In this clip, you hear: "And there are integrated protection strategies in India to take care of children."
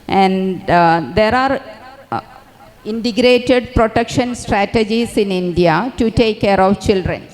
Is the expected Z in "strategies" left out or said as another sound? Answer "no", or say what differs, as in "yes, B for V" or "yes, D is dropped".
yes, S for Z